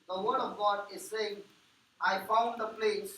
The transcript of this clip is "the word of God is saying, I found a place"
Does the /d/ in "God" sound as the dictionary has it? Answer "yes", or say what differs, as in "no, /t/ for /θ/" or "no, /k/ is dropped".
yes